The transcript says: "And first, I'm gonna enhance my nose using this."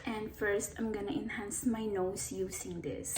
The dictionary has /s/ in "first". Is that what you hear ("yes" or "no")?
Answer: yes